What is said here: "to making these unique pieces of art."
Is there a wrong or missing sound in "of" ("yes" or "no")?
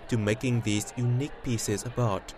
yes